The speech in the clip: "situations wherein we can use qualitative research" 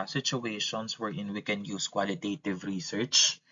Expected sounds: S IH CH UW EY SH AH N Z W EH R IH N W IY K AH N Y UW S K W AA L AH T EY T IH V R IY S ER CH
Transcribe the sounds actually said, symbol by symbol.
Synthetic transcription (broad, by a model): S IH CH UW EY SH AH N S W EH R IH N W IY K AH N Y UW S K W AA L AH T EY T IH V R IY S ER CH